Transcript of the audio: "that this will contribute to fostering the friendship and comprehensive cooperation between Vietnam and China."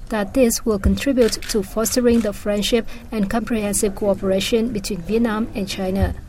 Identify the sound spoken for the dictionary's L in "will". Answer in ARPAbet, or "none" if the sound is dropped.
L